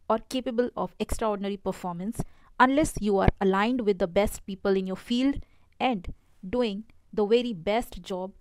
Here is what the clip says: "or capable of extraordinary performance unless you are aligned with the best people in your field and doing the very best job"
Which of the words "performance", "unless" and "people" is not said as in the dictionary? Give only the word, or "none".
none